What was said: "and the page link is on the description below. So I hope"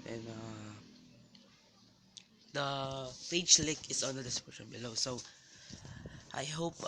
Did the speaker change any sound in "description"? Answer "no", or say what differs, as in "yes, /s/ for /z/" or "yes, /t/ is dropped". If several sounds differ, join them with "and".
yes, /ɹ/ is dropped and /p/ is dropped